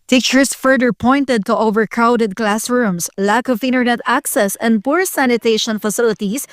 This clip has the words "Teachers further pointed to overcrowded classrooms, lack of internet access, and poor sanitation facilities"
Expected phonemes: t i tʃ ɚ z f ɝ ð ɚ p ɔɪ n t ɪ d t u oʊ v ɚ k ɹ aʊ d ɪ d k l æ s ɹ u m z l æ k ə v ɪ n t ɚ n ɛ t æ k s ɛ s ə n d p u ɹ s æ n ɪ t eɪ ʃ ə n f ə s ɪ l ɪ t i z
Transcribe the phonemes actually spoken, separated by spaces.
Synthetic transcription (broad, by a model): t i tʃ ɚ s f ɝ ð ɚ p ɔɪ n t ɪ d t u oʊ v ɚ k ɹ aʊ d ɪ d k l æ s ɹ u m s l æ k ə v ɪ n t ɚ n ɛ t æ k s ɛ s ə n d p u ɹ s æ n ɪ t eɪ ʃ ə n f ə s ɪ l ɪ t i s